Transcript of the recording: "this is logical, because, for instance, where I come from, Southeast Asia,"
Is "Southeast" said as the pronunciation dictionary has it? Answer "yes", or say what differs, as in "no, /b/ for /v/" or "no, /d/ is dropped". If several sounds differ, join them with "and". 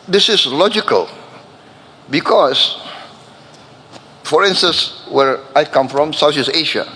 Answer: no, /t/ is dropped